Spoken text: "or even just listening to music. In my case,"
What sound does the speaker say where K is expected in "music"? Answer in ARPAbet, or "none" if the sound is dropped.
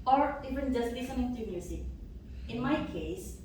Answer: none